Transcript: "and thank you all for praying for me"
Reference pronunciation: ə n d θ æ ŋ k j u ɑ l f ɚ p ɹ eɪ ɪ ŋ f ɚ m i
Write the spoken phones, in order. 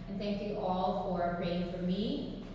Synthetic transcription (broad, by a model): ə n θ æ ŋ k j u ɑ l f ɚ p ɹ eɪ ɪ ŋ f ɚ m i